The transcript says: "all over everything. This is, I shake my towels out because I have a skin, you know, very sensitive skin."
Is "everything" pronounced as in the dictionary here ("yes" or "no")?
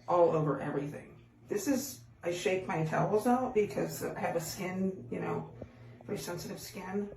yes